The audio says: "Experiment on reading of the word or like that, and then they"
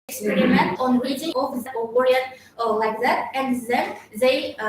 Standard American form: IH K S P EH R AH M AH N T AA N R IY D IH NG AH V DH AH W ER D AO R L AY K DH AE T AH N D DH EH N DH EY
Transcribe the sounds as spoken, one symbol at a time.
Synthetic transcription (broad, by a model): K S P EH R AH M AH N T AA N R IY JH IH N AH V DH AH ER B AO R L AY K DH AE T AH N D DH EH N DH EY